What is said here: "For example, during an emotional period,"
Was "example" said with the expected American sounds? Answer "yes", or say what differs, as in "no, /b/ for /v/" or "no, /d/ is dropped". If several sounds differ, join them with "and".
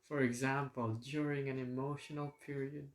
yes